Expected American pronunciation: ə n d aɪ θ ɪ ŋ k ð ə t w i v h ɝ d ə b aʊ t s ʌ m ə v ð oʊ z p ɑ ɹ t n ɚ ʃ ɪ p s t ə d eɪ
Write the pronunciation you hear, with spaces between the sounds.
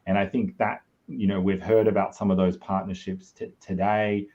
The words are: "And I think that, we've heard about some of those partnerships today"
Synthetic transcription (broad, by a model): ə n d aɪ θ ɪ ŋ k ð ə t w i v h ɝ d ə b aʊ t s ʌ m ə v ð oʊ z p ɑ ɹ t n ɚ ʃ ɪ p s t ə d eɪ